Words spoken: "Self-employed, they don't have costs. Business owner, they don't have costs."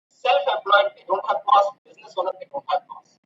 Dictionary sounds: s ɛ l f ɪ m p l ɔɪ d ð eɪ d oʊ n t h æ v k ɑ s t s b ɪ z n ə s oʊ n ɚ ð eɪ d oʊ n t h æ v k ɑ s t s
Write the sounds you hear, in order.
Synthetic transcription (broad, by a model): s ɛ l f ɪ p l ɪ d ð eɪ d oʊ n t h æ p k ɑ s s b ɪ z n ə s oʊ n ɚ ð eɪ d oʊ n t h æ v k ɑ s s